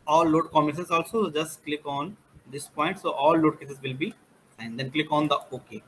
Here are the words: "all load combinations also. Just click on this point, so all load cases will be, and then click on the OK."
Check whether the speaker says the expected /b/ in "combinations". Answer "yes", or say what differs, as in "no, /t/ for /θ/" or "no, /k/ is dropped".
no, /b/ is dropped